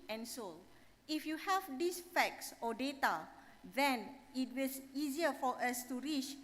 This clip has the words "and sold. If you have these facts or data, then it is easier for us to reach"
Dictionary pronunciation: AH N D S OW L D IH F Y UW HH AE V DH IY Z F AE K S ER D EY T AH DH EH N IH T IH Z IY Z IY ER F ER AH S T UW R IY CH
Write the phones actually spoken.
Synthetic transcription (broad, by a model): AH N S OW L IH F Y UW HH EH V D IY S F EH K S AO D EY T AH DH EH N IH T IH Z IY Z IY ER F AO AH S T UW R IY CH